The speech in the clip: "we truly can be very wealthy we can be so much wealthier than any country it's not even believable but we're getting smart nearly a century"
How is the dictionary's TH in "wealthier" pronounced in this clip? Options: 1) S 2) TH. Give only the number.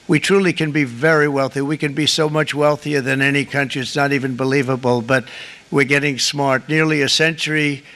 2